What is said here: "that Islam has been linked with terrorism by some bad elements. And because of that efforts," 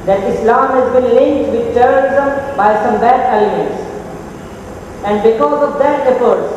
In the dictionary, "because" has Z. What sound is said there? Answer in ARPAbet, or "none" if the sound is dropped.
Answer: Z